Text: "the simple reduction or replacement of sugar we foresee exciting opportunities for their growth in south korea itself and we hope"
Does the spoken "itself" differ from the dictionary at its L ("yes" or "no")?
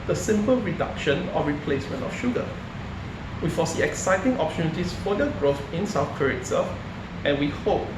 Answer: yes